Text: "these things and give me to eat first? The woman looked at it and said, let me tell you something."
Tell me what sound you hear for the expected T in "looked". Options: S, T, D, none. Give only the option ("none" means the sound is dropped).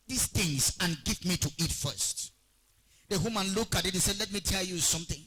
none